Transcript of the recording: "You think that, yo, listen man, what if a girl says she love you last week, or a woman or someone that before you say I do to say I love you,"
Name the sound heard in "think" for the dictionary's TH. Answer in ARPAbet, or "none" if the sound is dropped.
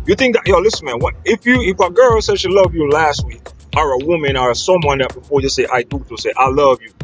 TH